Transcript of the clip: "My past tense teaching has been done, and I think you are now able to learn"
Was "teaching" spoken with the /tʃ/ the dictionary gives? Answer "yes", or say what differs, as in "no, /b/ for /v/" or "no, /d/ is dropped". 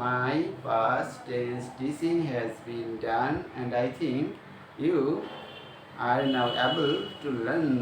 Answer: no, /s/ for /tʃ/